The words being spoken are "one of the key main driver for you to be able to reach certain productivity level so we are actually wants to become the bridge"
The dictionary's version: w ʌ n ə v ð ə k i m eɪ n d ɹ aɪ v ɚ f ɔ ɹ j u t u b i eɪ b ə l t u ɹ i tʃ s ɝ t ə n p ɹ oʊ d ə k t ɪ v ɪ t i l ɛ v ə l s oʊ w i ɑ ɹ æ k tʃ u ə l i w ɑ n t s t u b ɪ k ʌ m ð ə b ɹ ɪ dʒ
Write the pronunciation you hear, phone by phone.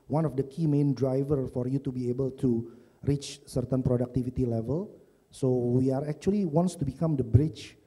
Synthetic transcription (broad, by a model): w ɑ n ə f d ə k i m eɪ n d ɹ aɪ v ɚ f ɔ ɹ j u t u b i eɪ b ə l t u ɹ i tʃ s ɝ t ə n p ɹ oʊ d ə k t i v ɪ t i l ɛ v ə l s oʊ w i ɑ ɹ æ k tʃ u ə l i w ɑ n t s t u b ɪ k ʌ m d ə b ɹ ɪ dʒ